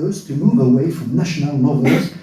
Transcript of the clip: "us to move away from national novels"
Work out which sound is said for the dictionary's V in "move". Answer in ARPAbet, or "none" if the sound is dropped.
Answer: B